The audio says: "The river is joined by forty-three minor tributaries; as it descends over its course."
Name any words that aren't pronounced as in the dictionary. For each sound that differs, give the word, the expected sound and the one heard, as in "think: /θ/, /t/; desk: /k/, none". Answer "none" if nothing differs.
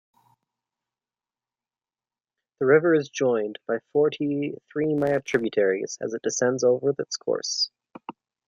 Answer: minor: /n/, none